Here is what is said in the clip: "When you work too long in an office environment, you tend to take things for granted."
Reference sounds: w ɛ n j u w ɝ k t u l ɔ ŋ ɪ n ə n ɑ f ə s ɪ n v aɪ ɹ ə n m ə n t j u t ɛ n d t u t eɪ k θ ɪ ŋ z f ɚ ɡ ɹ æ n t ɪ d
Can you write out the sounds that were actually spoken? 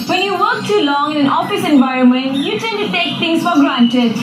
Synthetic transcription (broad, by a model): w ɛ n j u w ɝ k t u l ɔ ŋ ɪ n ə n ɑ f ə s ɪ n v aɪ ɹ ə n m ə n t j u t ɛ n t u t eɪ k t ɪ ŋ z f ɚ ɡ ɹ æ n t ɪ d